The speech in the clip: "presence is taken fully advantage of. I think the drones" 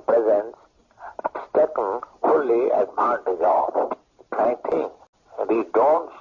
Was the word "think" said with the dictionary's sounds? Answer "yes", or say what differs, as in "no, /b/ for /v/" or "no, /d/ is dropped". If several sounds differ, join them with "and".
no, /t/ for /θ/